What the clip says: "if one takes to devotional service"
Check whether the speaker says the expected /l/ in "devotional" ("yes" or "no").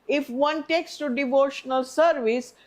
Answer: yes